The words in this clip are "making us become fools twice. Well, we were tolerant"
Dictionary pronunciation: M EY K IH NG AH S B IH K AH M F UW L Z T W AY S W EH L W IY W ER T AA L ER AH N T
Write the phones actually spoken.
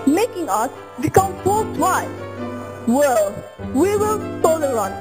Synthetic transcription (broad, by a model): M EY K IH NG AH S B IH K AH M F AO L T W AY W EH L W IY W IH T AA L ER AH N